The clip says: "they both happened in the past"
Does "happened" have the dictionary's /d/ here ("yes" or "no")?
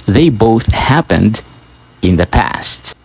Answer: yes